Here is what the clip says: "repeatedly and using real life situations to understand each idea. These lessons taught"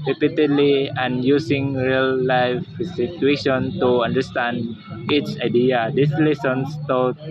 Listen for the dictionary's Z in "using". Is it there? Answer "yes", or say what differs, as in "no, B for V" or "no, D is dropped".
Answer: no, S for Z